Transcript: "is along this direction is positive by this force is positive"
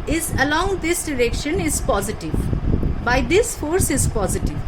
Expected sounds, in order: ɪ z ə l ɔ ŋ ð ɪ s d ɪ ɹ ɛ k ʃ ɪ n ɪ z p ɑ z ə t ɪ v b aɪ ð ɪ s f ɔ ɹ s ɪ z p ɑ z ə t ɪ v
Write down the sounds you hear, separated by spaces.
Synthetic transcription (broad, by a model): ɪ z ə l ɔ ŋ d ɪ s d ɪ ɹ ɛ k ʃ ɪ n ɪ z p ɑ z ə t ɪ v b aɪ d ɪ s f ɔ ɹ s ɪ z p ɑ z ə t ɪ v